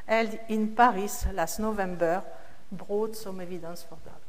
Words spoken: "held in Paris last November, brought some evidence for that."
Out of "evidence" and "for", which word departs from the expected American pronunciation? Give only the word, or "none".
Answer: evidence